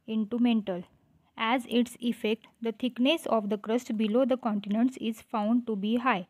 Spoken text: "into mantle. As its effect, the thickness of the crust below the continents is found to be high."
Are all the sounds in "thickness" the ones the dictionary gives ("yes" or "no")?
no